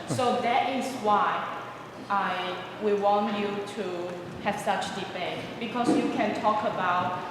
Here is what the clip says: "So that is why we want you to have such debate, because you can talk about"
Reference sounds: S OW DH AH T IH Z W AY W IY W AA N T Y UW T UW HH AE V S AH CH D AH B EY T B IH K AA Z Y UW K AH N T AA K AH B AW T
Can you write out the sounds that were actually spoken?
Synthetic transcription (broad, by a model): S OW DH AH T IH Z W AY W IY W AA N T Y UW T UW HH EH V S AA CH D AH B EY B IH K AA S Y UW K AH N T AA K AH B AW T